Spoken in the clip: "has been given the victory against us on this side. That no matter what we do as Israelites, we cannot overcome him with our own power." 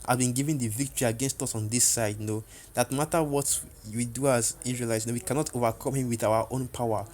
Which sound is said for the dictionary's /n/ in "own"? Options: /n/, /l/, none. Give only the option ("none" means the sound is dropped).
/n/